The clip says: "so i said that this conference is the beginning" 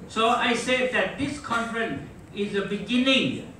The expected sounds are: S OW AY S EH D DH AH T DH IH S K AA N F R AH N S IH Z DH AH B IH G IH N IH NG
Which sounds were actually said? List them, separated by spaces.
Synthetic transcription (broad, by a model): S OW AY S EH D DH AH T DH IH S K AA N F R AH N IH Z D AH B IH G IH N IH NG